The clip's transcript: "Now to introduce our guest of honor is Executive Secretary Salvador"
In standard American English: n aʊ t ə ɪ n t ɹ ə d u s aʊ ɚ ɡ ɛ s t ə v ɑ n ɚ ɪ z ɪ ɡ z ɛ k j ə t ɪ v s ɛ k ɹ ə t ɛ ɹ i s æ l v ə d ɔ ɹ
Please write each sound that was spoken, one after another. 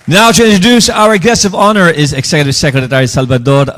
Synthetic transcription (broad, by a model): n aʊ t ə ɪ n t ɹ ə d u s aʊ ɚ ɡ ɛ s ə v ɑ n ɚ ɪ z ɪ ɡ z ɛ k j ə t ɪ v s ɛ k ɹ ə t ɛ ɹ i s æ l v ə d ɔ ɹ